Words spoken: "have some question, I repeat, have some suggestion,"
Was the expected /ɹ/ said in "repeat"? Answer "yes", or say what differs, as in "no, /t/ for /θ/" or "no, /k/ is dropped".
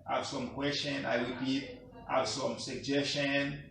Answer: no, /w/ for /ɹ/